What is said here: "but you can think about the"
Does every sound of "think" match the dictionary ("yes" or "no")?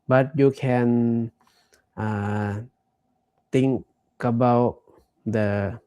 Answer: no